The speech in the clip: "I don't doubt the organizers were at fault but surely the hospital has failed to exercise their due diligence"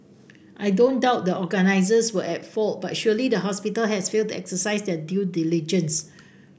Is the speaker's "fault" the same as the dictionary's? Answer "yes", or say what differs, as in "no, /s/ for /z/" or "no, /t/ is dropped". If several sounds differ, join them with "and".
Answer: yes